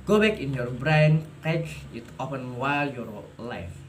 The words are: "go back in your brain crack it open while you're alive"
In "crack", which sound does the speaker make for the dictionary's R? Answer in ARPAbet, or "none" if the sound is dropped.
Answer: none